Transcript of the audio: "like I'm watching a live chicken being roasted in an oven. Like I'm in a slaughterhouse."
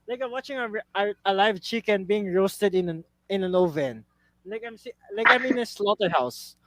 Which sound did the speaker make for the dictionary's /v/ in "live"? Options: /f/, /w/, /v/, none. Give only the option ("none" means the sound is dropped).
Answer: /v/